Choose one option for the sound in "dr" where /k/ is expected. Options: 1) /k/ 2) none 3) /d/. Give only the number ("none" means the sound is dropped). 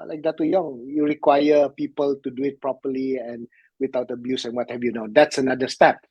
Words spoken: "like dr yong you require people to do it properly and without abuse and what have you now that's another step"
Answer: 2